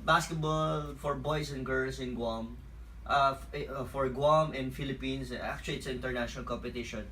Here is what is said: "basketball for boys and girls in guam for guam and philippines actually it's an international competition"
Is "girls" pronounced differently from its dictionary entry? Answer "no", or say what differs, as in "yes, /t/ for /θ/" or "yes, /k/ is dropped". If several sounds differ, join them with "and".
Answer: yes, /s/ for /z/